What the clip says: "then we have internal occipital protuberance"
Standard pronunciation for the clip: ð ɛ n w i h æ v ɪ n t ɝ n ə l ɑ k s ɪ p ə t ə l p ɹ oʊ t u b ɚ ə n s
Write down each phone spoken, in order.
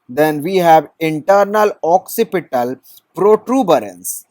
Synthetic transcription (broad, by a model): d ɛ n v i h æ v ɪ n t ɝ n ə l ɑ k s ɪ p ə t ə l p ɹ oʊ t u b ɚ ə n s